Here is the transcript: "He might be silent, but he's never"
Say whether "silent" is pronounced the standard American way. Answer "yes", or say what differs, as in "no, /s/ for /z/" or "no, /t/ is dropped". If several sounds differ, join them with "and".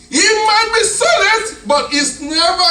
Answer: no, /n/ is dropped